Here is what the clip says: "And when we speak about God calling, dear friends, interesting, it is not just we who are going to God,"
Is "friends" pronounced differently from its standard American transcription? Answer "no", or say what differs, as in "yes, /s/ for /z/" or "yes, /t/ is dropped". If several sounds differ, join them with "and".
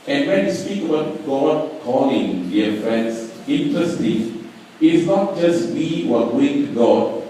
yes, /s/ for /z/